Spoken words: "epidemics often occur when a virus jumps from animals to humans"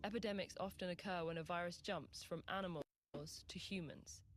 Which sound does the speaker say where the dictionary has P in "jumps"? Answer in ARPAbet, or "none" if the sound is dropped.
P